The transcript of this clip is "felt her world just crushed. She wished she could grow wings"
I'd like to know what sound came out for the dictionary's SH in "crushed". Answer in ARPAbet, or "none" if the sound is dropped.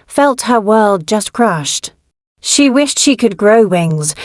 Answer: SH